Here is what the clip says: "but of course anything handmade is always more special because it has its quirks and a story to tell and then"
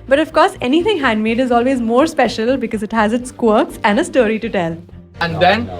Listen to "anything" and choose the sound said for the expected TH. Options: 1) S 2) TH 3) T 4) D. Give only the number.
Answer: 3